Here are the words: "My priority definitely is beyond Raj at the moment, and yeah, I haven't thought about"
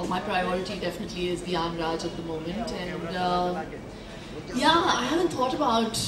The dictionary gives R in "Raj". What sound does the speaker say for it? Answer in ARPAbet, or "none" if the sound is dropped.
R